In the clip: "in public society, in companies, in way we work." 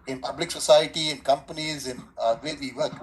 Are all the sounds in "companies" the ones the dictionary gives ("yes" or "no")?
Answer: yes